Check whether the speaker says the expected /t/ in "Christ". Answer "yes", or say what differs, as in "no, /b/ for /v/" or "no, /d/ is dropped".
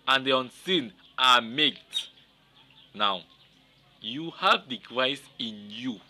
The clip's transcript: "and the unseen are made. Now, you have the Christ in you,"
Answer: no, /t/ is dropped